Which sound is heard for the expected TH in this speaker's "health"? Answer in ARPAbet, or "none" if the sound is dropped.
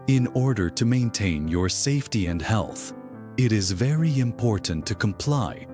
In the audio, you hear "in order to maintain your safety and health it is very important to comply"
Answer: TH